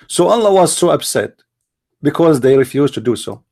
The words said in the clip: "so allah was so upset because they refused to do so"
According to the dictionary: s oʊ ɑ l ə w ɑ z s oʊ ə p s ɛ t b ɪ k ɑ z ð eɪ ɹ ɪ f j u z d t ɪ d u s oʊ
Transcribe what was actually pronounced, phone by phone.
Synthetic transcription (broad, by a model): s oʊ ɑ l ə w ɑ z s oʊ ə b s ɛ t b ɪ k ɑ z ð eɪ ɹ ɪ f j u z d t ɪ d u s oʊ